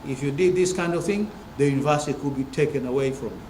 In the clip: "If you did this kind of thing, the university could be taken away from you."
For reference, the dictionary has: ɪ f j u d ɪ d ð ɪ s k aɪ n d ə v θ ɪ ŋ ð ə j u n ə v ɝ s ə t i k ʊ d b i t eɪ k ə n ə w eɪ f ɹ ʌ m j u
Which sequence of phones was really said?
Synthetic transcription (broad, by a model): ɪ f j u d ɪ d ð ɪ s k aɪ n d ə v θ ɪ ŋ ð ə j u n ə v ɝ s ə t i k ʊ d b i t eɪ k ə n ə w eɪ f ɹ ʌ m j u